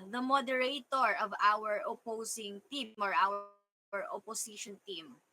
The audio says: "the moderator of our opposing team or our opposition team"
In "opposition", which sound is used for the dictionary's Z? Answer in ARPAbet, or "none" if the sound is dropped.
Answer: S